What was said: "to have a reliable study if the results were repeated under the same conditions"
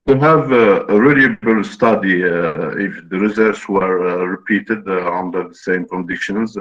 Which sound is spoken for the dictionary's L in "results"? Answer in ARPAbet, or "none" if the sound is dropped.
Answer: none